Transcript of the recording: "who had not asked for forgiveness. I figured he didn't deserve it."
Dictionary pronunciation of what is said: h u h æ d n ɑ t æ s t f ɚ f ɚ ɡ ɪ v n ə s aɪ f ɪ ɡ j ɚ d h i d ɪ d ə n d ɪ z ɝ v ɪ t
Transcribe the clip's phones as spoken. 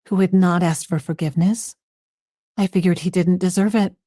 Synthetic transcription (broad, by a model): h u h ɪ d n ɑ t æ s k f ɚ f ɚ ɡ ɪ v n ə s aɪ f ɪ ɡ j ɚ d h i d ɪ d n d ɪ z ɝ v ɪ t